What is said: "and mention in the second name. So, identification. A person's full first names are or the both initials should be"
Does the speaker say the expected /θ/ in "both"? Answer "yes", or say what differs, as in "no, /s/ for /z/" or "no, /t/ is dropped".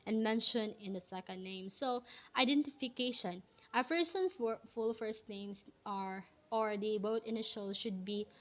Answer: no, /t/ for /θ/